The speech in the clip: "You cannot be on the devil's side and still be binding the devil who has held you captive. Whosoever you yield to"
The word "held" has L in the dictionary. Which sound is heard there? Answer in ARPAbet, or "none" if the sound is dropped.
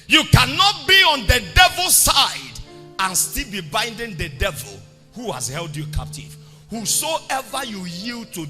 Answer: L